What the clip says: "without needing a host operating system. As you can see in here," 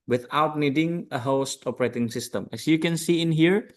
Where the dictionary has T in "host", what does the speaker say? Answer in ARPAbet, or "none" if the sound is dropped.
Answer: T